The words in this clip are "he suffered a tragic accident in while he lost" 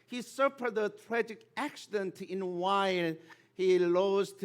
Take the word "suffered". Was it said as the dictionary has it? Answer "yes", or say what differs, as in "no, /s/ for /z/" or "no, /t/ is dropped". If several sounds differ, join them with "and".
no, /p/ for /f/